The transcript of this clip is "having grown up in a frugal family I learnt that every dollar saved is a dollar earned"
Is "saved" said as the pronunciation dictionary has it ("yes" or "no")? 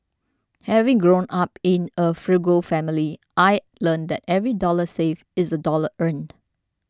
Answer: no